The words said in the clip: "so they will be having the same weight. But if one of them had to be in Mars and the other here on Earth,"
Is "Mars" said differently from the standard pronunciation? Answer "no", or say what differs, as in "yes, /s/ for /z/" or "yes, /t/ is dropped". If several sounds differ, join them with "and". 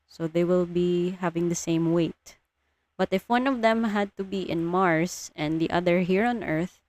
yes, /s/ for /z/